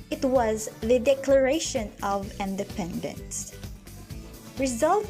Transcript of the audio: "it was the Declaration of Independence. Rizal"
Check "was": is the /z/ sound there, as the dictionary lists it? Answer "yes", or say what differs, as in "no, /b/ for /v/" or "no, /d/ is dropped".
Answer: yes